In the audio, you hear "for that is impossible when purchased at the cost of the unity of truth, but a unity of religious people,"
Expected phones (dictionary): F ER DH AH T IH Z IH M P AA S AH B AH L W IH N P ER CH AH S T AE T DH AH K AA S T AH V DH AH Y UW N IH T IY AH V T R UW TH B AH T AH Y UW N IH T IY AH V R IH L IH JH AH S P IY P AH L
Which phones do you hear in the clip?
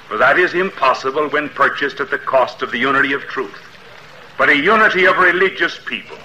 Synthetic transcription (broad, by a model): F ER DH AH T IH Z IH M P AA S AH B AH L W IH N P ER CH AH S T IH T DH AH K AA S T AH V DH AH Y UW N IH T IY AH V T R UW TH B AH T AH Y UW N IH T IY AH V R IH L IH JH AH S P IY P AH L